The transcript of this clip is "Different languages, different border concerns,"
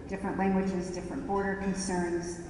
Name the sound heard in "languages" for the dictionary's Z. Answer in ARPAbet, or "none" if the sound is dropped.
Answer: Z